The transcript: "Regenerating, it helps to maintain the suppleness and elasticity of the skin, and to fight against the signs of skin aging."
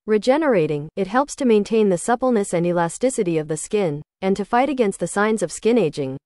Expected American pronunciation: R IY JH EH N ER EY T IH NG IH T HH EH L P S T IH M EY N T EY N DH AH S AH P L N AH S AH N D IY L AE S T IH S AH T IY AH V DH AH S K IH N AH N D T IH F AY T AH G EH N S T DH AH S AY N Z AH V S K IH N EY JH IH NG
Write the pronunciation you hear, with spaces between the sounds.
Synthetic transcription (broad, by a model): R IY JH EH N ER EY T IH NG IH T HH EH L P S T IH M EY N T EY N DH AH S AH P L N AH S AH N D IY L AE S T IH S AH T IY AH V DH AH S K IH N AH N T IH F AY T AH G EH N S T DH AH S AY N Z AH V S K IH N EY JH IH NG